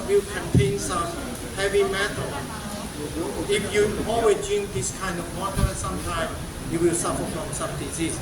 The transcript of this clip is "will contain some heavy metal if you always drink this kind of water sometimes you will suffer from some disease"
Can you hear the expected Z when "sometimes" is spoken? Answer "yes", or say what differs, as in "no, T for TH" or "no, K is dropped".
no, Z is dropped